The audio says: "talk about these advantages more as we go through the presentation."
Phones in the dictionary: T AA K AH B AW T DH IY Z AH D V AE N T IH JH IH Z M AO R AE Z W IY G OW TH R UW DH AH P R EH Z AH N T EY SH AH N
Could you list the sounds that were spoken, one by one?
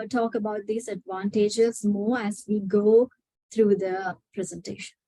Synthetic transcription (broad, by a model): T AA K AH B AW T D IY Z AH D V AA N T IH JH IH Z M AO R AE Z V IY G OW T R UW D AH P R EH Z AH N T EY SH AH N